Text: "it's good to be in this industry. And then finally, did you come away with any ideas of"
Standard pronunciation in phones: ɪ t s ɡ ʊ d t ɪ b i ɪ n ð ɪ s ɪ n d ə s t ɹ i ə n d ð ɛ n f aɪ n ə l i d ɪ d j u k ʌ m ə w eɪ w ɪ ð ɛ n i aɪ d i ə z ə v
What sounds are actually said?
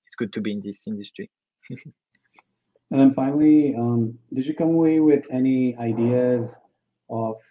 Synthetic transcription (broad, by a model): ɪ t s ɡ ʊ d t ɪ b i ɪ n ð ɪ s ɪ n d ə s t ɹ i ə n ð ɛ n f aɪ n l i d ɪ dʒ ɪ k ʌ m ə w eɪ w ɪ ð ɛ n i aɪ d i ə z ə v